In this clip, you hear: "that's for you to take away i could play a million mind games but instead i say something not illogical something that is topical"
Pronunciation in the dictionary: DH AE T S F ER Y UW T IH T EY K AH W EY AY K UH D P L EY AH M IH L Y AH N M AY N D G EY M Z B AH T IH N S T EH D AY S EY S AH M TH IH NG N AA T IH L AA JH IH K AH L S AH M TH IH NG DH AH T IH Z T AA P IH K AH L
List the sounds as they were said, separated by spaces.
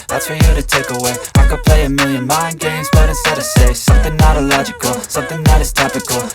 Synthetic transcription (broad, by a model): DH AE T S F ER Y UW T IH T EY K AH W EY AY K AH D P L EY AH M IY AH N M AY N G EY M Z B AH T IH S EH D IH S EY S AH M TH IH NG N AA T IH L AA JH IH K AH L S AH M TH IH NG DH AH T IH Z T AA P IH K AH L